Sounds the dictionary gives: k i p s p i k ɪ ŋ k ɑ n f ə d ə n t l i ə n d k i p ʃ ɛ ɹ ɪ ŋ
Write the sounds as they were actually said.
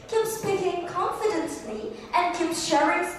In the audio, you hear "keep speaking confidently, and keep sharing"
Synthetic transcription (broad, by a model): k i p s p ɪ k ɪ ŋ k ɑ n f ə d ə n s l i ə n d k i p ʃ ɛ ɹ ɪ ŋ